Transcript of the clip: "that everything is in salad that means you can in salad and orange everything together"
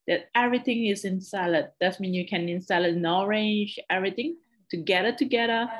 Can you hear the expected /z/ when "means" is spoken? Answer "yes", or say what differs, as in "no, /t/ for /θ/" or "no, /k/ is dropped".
no, /z/ is dropped